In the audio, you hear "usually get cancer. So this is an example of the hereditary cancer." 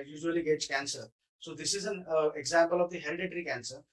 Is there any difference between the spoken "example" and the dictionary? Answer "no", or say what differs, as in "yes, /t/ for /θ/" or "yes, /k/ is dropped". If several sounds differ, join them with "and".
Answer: no